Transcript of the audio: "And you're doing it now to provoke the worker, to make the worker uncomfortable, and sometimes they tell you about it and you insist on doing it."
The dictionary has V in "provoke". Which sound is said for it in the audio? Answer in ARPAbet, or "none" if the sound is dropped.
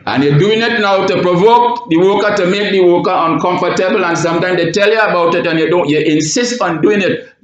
V